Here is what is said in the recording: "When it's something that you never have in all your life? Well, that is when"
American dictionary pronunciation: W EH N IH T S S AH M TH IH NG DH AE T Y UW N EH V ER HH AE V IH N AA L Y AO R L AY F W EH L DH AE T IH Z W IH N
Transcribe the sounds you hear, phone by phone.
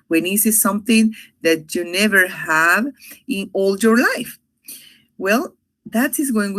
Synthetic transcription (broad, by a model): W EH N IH S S S AH M TH IH NG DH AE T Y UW N EH V ER HH AE V IH N AA L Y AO R L AY F W EH L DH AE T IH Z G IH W